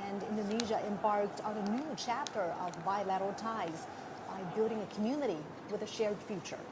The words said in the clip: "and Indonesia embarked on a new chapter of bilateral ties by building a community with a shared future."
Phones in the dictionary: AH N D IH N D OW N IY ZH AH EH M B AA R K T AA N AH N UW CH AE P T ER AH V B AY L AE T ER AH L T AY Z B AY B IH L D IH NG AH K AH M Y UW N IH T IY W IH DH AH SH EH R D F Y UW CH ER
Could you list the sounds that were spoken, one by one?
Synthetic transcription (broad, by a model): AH N D IH N D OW N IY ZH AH EH M B AA R K T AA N AH N UW CH AE P T ER AH V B AY L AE T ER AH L T AY Z B AY B IH L D IH NG AH K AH M Y UW N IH T IY W IH DH AH SH EH R D F Y UW CH ER